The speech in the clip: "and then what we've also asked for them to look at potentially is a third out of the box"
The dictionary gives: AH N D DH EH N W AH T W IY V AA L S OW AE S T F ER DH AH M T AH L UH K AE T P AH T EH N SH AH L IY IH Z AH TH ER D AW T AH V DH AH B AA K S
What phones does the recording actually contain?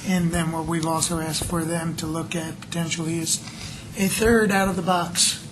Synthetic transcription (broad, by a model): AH N DH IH N W AH T W IY V AA L S OW AE S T F ER DH AH M T AH L UH K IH T P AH T EH N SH L IY IH Z AH TH ER D AW T AH V DH AH B AA K S